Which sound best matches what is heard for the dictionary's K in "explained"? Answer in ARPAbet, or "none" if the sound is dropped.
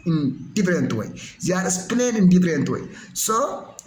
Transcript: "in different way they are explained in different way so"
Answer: none